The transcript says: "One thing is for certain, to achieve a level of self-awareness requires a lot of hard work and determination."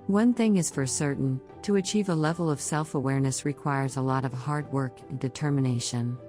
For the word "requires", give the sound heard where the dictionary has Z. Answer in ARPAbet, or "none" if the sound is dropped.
Z